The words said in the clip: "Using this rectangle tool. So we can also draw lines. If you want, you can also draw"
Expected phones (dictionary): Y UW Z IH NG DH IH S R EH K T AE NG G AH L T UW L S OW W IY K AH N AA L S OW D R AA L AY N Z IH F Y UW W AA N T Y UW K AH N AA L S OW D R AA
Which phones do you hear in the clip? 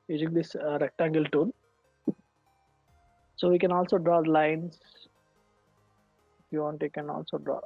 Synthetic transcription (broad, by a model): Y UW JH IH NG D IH S R EH K T AE NG G AH L T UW N S OW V IY K AH N AA L S OW D R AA L AY N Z IH F Y UW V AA N T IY K AH N AA L S OW D R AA